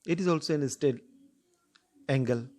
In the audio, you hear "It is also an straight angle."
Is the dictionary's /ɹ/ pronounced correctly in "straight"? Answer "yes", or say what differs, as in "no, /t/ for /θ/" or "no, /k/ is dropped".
no, /ɹ/ is dropped